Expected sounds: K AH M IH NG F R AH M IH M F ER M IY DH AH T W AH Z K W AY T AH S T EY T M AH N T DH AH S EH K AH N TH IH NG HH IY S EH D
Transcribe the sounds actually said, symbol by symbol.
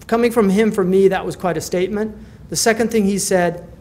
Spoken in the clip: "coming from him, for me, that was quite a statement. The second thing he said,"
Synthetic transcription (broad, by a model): K AH M IH NG F R AH M IH M F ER M IY DH AH T W AH Z K W AY T AH S T EY T M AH N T DH AH S EH K AH N TH IH NG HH IY S EH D